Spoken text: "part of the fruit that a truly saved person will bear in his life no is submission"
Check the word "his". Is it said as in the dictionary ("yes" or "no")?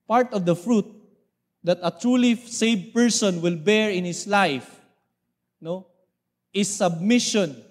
no